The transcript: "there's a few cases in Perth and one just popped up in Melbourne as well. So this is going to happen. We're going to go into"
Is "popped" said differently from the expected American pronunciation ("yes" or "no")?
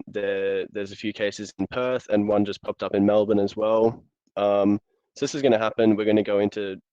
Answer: no